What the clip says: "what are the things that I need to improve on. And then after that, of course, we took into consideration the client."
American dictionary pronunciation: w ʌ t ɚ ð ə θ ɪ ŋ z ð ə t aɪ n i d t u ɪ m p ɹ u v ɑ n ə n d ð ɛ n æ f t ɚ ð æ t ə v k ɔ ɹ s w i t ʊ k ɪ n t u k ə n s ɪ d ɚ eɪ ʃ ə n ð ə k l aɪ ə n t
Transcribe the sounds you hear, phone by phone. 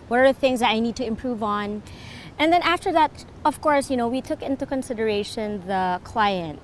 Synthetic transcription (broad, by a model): w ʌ t ɚ ð ə θ ɪ ŋ z ð ə t aɪ n i d t u ɪ m p ɹ u v n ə n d ð ɛ n æ f t ɚ ð æ t ə v k ɔ ɹ s w i t ʊ k ɪ n t u k ə n s ɪ d ɚ eɪ ʃ ə n ð ə k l aɪ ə n t